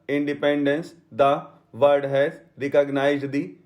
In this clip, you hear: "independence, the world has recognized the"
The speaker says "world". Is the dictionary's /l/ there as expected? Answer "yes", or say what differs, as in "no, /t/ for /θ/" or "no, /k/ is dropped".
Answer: no, /l/ is dropped